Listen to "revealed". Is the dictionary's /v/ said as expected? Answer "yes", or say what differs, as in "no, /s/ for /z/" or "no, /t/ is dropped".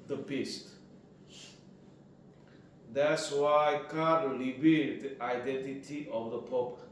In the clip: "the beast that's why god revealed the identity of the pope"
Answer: no, /b/ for /v/